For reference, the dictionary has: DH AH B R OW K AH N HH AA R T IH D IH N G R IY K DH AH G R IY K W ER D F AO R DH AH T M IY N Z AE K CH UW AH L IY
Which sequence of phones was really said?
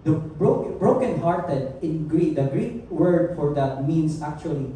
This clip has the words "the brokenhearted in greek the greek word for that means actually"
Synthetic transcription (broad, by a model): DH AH B R OW K AH N HH AA R T IH D IH N G R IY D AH G R IY K W ER D F AO R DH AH T M IY N S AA K CH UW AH L IY